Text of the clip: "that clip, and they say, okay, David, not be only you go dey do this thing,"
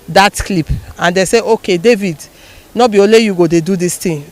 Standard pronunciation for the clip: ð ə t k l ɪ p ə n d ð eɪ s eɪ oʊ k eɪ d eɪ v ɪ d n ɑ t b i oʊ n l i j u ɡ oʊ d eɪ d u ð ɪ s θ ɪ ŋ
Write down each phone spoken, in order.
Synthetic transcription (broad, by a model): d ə t k l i p ə n d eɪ s eɪ oʊ k eɪ d eɪ v ɪ d n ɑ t b i oʊ l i j u ɡ oʊ d eɪ d u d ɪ s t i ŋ